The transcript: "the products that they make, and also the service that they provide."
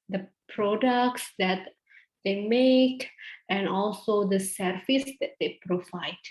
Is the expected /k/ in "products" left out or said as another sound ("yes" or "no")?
no